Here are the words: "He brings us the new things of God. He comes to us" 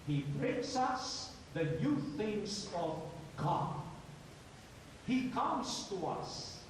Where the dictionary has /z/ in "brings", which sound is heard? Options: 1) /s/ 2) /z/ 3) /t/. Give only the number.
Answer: 1